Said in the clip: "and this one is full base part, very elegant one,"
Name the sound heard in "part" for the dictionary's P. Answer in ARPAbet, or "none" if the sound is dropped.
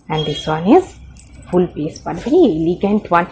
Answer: B